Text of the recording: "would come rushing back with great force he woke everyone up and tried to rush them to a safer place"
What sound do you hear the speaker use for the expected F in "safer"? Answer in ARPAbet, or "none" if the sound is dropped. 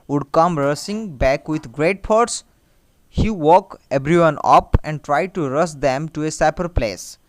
P